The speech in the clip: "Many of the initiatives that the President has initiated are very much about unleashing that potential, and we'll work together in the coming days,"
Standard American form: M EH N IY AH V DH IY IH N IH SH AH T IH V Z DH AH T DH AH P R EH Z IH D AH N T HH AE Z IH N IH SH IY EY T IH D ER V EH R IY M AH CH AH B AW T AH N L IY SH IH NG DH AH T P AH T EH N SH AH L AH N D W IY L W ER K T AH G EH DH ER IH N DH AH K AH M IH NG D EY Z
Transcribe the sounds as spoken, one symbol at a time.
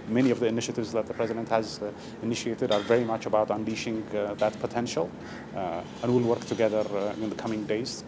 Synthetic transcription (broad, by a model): M EH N IY AH V DH IY IH N IH SH AH T IH V Z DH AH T DH AH P R EH Z IH D AH N T HH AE Z IH N IH SH IY EY T IH D ER V EH R IY M AH CH AH B AW T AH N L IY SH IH NG DH AH T P AH T EH N SH AH L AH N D W IY L W ER K T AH G EH DH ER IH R DH AH K AH M IH NG D EY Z